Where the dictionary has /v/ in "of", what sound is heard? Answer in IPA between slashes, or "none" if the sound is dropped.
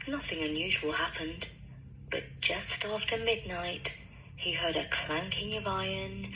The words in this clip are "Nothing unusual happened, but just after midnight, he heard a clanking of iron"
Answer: /v/